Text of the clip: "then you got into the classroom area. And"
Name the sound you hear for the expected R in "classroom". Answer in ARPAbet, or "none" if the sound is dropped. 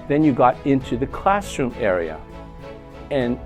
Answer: R